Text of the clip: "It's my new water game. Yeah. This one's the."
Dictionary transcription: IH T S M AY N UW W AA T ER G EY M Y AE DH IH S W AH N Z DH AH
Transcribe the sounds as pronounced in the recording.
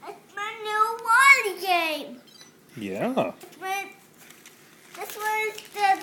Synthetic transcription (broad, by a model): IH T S M AY N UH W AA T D G EY M Y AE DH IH S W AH Z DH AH